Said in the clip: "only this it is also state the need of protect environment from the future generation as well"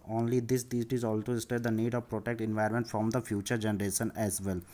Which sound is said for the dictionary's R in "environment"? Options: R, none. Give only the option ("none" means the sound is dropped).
none